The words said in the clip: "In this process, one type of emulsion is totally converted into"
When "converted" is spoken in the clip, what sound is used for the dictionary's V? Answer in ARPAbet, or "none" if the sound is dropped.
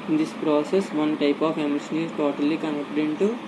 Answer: none